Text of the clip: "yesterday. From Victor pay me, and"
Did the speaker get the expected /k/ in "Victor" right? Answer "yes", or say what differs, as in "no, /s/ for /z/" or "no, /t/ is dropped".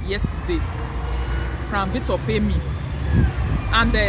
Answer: no, /k/ is dropped